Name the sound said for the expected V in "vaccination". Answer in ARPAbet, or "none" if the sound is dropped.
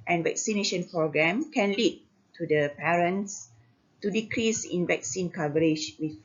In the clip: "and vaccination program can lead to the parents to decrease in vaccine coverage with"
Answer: V